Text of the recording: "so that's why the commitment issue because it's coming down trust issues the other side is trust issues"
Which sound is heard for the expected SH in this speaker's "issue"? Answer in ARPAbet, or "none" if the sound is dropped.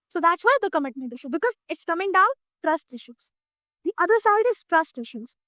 SH